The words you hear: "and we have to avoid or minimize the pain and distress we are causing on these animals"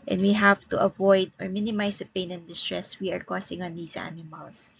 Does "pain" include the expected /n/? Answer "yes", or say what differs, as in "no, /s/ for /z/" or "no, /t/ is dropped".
yes